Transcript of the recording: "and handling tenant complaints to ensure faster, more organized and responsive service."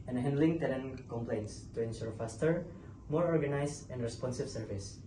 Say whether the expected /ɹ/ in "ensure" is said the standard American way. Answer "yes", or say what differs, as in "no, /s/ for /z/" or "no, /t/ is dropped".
yes